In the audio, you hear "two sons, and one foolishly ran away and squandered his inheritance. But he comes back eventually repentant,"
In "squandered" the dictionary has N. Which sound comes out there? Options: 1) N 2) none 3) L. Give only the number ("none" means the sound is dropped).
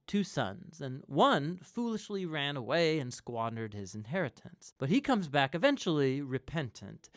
1